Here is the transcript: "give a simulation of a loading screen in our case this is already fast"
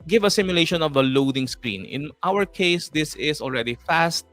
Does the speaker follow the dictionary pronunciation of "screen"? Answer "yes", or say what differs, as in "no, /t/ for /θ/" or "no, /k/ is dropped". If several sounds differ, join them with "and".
yes